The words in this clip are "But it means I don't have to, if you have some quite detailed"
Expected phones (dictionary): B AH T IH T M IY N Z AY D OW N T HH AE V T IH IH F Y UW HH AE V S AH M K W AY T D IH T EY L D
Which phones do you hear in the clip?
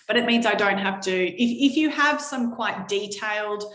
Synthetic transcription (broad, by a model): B AH T IH T M IY N Z AY D OW N T HH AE F T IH IH F Y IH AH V S AH M K W AY T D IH T EY L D